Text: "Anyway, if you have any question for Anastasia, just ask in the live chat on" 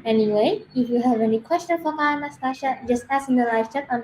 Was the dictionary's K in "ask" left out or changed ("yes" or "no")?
yes